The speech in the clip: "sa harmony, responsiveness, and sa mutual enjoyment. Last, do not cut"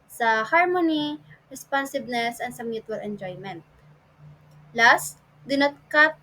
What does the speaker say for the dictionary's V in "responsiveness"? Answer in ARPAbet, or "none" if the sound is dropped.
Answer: B